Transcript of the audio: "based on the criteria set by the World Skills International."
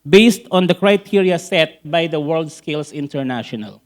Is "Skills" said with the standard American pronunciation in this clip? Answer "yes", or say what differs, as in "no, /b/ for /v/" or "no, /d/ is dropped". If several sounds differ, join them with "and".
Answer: no, /s/ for /z/